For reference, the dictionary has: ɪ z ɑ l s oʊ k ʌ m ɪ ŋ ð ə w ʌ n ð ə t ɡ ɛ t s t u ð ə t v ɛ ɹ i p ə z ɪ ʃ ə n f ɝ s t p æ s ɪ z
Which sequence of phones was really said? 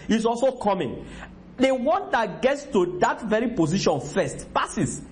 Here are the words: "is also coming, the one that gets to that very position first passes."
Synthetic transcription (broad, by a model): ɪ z ɑ l s oʊ k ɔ m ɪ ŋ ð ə w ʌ n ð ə t ɡ ɛ t s t u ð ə t v ɛ ɹ i p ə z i ʃ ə n f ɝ s t p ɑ s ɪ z